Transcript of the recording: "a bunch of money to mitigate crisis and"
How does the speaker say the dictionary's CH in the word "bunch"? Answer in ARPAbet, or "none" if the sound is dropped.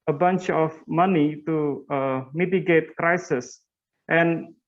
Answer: CH